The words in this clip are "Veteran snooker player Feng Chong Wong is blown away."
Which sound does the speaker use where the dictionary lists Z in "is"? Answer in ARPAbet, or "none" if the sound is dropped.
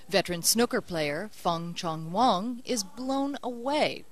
Z